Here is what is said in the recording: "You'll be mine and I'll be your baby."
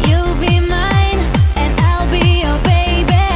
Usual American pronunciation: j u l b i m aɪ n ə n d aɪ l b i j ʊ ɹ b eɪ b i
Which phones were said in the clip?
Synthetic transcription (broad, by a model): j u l b i m aɪ n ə n aɪ l b i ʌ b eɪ b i